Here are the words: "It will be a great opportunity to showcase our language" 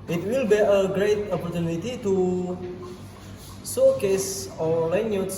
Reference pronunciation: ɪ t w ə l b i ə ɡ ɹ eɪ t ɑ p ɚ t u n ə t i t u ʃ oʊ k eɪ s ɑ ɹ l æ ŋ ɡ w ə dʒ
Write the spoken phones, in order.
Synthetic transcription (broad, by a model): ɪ t w ə l b i ə ɡ ɹ eɪ t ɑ p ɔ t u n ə t i t u s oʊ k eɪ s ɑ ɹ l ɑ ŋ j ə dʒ